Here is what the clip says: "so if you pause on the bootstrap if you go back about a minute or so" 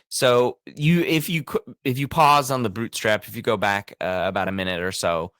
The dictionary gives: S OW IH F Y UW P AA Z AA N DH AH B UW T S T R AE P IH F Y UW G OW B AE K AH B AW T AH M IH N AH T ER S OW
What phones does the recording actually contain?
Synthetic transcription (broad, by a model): S OW IH F Y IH P AA Z N DH AH B UW T S T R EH P IH F Y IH G OW B AE K AH B AW T AH M IH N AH T ER S OW